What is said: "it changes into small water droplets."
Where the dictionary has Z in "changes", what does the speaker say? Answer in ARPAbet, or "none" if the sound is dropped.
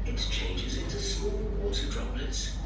Z